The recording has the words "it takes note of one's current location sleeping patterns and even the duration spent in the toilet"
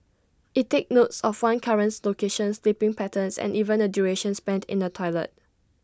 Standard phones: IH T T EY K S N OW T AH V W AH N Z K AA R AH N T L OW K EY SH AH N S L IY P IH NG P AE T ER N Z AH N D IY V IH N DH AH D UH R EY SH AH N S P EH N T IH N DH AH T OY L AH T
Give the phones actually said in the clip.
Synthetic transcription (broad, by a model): IH T T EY K N OW T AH F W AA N K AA R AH N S L OW K EY SH AH N S L IY P IH NG P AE T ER N S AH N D IY V IH N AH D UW R EY SH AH N S P EH N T IH N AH T OY L AH T